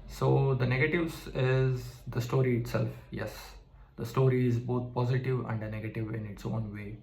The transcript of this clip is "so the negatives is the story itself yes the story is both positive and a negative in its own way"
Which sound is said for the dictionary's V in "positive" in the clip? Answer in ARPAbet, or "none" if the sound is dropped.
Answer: V